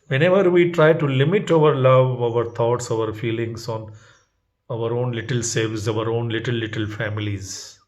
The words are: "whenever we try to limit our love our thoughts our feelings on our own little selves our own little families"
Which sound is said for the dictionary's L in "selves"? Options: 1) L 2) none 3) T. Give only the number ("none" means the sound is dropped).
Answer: 2